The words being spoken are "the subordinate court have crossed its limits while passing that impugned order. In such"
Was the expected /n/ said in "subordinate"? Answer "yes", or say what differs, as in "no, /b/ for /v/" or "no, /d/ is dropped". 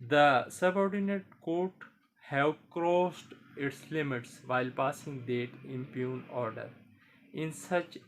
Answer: yes